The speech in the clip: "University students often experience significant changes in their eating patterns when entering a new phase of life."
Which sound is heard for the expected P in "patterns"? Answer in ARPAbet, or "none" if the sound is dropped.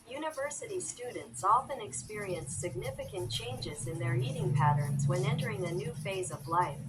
P